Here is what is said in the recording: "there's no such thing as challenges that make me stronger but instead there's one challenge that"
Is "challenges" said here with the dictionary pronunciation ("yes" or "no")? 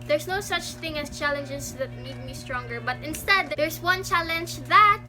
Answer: no